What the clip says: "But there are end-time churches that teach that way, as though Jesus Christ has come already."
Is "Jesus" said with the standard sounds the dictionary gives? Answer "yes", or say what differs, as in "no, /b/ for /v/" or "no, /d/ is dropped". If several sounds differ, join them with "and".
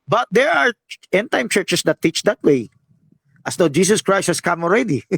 no, /s/ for /z/